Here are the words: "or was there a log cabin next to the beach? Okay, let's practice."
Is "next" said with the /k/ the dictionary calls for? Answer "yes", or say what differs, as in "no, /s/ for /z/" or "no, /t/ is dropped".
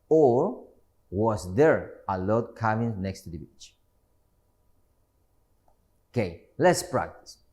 yes